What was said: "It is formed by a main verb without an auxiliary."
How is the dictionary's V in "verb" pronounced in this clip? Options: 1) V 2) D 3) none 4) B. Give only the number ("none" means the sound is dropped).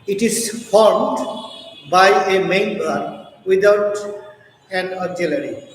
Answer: 4